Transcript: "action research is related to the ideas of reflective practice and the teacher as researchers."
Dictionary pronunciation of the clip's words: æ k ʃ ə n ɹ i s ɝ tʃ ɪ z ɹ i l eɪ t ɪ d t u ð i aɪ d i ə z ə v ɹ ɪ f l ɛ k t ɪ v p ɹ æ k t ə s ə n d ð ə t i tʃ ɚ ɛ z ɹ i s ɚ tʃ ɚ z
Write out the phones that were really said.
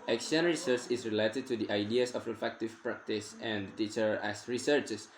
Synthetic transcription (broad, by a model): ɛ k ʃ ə n ɹ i s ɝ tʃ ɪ s ɹ i l eɪ t ɪ d t u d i aɪ d i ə s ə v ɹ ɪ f ɛ k t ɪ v p ɹ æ k t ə s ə n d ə t i tʃ ɚ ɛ s ɹ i s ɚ tʃ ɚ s